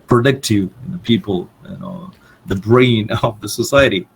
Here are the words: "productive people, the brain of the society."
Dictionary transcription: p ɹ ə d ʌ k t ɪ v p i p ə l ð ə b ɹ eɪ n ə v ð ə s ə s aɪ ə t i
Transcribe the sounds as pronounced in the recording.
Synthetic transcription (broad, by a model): p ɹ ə d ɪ k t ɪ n p i p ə n ð ə b ɹ eɪ n ə v ð ə s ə s aɪ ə t i